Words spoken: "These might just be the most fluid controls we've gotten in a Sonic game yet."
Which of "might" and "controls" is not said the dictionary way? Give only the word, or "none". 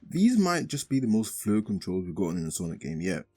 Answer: none